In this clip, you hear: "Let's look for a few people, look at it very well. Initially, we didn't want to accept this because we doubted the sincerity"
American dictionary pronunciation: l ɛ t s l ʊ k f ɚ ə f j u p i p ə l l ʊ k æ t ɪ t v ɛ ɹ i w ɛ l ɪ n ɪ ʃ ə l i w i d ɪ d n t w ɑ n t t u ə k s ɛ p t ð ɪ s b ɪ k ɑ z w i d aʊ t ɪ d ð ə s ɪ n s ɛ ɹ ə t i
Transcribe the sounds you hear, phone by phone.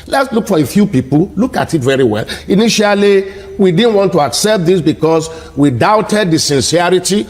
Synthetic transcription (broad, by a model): l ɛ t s l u k f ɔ ə f j u p i p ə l l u k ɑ t ɪ t v ɛ ɹ i w ɛ l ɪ n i ʃ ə l i w i d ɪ d n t w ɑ n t t u ə k s ɛ p t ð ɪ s b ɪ k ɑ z w i d aʊ t ɪ d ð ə s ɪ n s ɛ ɹ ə t i